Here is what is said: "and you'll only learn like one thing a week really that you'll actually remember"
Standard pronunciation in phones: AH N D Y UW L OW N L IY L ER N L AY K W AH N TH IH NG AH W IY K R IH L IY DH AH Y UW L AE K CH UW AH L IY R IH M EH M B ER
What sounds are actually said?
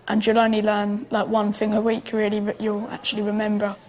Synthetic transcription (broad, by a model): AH N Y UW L OW N L IY L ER N L AY K W AH N TH IH NG AH W IY K R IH L IY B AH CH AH L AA K CH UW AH L IY R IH M EH M B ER